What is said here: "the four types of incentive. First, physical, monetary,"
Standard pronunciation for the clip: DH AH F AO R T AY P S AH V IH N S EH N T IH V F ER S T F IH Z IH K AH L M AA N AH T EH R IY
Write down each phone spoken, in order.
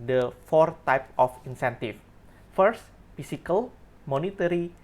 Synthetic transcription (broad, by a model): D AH F AO R T AY P AH F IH N S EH N T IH F F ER S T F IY S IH K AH L M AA N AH T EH R IY